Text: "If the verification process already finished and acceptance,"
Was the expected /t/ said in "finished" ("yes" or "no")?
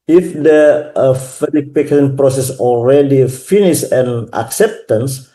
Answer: no